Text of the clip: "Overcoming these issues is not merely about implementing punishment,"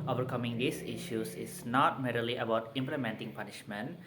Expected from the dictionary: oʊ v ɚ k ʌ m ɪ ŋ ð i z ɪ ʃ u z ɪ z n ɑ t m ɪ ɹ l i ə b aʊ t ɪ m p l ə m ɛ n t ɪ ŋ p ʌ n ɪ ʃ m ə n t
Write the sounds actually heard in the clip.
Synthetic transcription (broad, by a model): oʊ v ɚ k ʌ m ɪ ŋ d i s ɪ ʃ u s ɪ s n ɑ t m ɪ ɹ l i ə b aʊ t ɪ m p l ə m ɛ n t ɪ ŋ p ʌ n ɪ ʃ m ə n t